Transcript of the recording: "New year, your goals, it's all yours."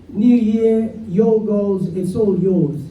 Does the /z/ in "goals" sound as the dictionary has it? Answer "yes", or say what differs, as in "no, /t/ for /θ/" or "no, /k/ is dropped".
yes